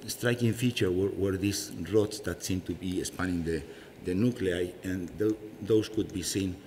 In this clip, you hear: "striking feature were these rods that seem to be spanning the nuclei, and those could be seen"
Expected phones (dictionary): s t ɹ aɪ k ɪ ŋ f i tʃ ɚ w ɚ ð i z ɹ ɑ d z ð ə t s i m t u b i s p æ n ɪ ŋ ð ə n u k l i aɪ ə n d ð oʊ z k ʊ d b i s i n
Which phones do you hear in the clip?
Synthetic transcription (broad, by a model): s t ɹ aɪ k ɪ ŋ f i tʃ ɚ w ɚ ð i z ɹ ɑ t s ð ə t s i m t u b i s p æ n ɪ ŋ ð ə n u k l i aɪ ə n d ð oʊ s k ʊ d b i s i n